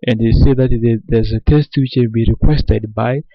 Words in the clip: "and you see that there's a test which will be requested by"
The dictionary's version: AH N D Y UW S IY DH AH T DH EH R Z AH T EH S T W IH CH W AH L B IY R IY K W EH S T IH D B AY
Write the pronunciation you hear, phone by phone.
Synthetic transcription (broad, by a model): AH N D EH S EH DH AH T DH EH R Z AH T EH S T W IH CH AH N B IY R IY K W EH S T IH D B AY